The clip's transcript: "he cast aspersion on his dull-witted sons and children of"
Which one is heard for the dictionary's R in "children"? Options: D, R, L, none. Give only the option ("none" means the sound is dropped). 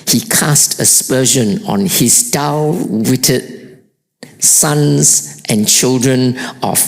R